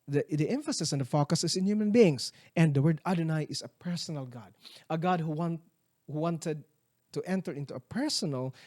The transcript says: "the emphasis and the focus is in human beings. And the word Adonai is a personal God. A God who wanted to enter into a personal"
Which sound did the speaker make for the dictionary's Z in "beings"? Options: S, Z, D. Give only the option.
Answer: S